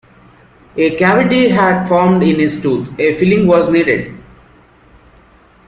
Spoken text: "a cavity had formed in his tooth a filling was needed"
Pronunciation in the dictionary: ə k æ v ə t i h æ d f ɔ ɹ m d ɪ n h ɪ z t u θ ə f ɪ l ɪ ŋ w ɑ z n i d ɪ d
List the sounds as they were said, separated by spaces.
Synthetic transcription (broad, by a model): ə k æ v ə t i h æ d f ɔ ɹ m d ɪ n h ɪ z t u t ə f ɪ l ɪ ŋ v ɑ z n i d ɪ d